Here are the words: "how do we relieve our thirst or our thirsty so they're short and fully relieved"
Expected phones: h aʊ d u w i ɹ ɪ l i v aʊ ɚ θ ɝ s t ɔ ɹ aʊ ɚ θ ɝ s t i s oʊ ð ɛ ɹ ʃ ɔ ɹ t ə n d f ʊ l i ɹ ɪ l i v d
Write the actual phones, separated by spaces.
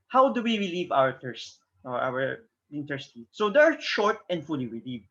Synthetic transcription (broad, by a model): h aʊ d u w i ɹ ɪ l i v aʊ ɚ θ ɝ s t ɔ ɹ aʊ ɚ t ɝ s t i s oʊ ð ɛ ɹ ʃ ɔ ɹ t ə n d f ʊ l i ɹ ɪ l i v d